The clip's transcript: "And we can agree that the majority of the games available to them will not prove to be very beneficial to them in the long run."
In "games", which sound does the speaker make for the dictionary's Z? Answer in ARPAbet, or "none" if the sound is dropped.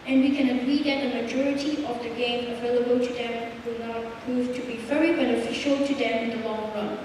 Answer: none